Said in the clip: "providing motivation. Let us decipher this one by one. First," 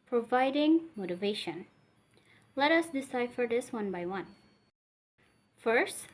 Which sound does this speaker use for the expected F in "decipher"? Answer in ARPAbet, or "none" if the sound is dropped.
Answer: F